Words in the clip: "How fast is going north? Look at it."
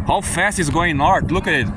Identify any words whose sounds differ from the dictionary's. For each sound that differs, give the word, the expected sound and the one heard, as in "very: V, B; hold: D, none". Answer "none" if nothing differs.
north: N, L; north: TH, T